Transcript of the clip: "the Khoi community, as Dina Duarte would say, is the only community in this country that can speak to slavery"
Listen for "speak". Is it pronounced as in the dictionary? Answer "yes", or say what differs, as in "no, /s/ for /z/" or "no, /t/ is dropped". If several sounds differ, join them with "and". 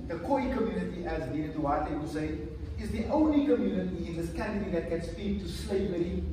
no, /f/ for /p/